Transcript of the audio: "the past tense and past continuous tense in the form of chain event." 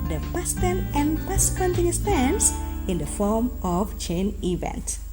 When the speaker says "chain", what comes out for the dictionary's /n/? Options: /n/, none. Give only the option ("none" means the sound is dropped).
/n/